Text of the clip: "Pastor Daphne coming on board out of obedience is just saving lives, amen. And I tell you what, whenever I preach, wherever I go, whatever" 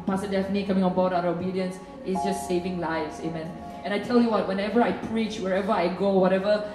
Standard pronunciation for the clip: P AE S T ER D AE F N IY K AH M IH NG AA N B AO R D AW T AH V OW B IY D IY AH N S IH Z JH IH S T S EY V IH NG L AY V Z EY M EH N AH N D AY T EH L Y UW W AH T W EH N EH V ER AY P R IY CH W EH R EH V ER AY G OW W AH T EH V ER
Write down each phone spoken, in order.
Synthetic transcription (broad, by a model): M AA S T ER D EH F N IY K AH M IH NG AA N B AO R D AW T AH OW B IY D IY AH N S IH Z JH IH S T S EY V IH NG L AY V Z EY M EH N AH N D AY T EH L Y UW W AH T W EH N EH V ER AY P R IY CH W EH R EH V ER AY G OW W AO T EH V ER